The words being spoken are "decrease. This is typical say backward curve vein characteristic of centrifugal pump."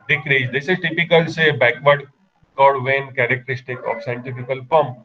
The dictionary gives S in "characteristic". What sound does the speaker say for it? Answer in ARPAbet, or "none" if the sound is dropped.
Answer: S